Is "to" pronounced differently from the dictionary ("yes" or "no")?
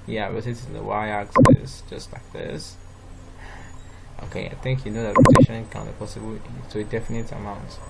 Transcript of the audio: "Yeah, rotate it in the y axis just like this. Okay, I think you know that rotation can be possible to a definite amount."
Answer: yes